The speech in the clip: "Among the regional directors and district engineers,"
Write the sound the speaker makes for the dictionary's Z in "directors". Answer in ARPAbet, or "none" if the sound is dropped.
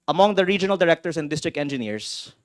S